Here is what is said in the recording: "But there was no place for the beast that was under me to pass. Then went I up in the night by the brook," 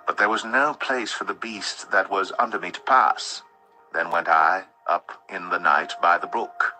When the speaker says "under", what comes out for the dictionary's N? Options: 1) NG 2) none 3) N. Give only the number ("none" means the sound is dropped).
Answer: 3